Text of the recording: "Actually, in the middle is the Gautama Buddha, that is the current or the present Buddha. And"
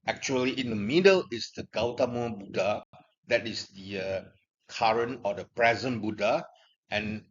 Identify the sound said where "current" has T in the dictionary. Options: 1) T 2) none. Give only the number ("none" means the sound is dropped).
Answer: 2